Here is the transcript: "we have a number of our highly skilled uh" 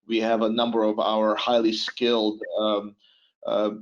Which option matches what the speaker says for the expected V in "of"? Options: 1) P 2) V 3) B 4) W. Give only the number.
2